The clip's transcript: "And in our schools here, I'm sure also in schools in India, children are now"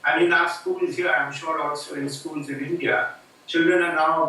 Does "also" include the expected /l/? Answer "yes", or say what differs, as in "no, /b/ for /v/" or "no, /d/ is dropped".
no, /l/ is dropped